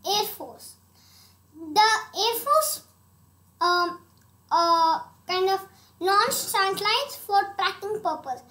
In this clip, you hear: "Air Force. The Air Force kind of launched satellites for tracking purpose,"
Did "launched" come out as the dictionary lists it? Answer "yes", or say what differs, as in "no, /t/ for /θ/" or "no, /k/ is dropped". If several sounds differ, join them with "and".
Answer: no, /s/ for /tʃ/